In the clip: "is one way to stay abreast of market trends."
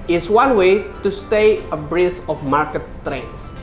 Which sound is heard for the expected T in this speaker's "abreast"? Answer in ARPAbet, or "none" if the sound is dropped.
none